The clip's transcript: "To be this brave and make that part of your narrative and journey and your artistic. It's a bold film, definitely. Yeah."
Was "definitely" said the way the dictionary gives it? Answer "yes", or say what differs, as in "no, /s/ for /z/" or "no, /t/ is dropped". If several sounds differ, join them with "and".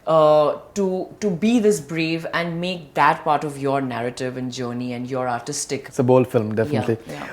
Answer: yes